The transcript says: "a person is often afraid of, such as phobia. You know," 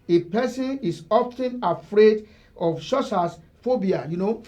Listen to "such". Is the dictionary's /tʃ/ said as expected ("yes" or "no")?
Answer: no